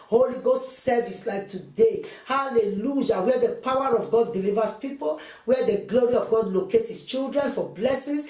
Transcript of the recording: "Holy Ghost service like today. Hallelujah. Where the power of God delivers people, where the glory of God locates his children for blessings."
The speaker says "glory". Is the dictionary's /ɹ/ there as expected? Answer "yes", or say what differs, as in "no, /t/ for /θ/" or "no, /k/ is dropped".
yes